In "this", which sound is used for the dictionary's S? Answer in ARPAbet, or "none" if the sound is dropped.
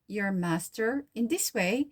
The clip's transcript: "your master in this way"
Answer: S